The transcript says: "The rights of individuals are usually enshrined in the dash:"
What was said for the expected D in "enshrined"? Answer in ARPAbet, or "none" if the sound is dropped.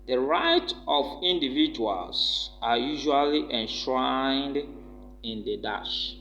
D